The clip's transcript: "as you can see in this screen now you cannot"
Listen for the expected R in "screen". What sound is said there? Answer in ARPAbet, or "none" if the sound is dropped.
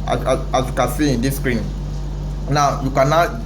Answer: R